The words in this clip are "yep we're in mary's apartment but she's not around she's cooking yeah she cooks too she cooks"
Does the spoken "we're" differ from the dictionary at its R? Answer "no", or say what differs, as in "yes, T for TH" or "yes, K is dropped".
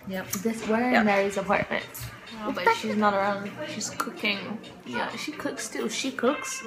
yes, W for R